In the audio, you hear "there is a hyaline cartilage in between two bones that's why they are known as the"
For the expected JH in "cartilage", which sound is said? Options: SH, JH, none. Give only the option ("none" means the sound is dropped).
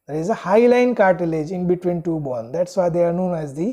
JH